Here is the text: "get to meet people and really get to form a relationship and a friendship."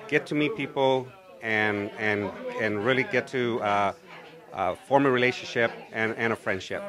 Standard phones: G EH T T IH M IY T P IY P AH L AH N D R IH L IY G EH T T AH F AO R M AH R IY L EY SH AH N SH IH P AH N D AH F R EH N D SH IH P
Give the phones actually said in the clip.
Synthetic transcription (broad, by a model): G EH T T IH M IY T P IY P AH N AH N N R IH L IY G EH T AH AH F AO R M AH R IY L EY SH AH N SH IH P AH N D AH F R EH N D SH IH P